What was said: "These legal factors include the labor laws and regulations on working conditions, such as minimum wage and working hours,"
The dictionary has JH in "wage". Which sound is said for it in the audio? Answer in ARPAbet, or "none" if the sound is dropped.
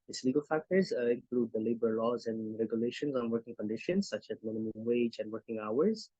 JH